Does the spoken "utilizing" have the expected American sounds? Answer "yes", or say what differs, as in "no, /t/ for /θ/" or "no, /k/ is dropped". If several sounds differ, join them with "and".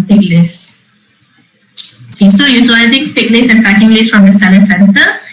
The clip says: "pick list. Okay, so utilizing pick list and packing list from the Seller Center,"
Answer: yes